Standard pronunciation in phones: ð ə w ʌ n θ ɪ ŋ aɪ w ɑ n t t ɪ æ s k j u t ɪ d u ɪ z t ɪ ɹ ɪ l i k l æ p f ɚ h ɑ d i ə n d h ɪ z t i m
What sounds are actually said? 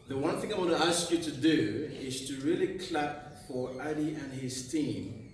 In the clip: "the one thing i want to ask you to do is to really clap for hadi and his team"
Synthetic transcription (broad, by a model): ð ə w ʌ n θ ɪ ŋ aɪ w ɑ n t t ɪ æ s k j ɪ t ɪ d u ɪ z t ɪ ɹ ɪ l i k l æ p f ɚ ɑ d i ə n h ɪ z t i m